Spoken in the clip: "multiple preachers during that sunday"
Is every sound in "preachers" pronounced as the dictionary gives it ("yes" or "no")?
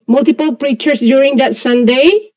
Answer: no